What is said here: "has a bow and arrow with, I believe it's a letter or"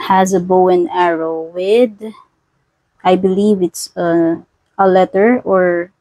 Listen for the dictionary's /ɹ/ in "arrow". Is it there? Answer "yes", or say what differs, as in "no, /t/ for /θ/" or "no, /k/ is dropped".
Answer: yes